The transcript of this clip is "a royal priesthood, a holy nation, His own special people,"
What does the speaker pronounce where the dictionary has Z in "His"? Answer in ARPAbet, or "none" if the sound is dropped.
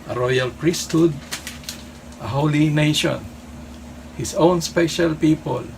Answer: S